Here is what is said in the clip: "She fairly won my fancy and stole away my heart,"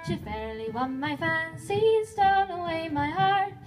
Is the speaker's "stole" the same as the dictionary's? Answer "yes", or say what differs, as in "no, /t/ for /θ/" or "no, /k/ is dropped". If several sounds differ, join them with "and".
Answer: no, /n/ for /l/